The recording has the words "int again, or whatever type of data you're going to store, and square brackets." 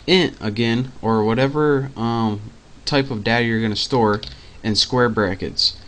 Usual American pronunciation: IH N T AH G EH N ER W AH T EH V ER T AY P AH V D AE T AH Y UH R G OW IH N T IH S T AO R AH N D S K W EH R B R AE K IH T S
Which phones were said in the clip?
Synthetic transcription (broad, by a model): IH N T AH G EH N ER W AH T EH V ER T AY P AH V D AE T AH Y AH R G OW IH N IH S T AO R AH N S K W EH R B R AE K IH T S